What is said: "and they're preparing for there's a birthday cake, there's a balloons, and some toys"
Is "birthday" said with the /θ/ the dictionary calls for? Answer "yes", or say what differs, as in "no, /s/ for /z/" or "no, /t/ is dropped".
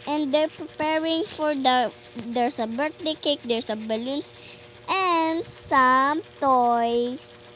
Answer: no, /t/ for /θ/